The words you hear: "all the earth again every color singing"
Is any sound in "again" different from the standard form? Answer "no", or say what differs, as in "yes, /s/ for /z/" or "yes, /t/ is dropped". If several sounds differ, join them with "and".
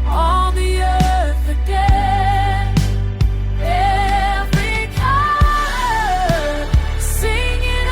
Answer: yes, /n/ is dropped